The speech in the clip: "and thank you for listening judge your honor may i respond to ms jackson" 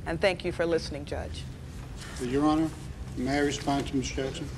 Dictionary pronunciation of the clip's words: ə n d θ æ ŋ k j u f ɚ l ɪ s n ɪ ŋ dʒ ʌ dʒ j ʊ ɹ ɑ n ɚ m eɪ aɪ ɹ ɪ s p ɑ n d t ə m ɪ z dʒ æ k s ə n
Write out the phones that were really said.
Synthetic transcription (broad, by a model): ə n θ æ ŋ k j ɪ f ɚ l ɪ s n ɪ ŋ dʒ ʌ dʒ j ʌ ɹ ɑ n ɚ m eɪ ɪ ɹ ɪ s p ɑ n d t ə m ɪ s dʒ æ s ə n